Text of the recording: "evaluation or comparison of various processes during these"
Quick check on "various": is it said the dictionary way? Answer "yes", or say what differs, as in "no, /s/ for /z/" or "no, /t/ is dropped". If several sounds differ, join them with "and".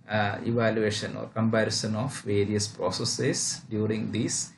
yes